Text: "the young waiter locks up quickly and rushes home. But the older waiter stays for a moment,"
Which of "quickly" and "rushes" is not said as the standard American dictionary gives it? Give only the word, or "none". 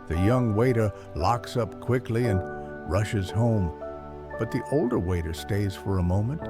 none